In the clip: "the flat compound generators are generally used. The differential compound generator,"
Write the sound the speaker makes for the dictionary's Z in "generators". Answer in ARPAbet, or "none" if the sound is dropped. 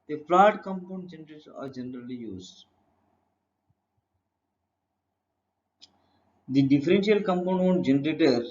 none